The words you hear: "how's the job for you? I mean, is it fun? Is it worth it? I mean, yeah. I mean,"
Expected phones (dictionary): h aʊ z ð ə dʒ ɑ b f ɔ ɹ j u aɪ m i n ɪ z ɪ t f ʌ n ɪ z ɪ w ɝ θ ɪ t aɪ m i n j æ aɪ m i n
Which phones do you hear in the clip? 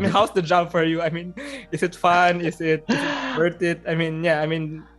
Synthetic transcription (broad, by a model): h aʊ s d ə dʒ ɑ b f ɔ ɹ j u aɪ m i n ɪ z ɪ t f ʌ n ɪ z ɪ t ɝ t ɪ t aɪ m i n j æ aɪ m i n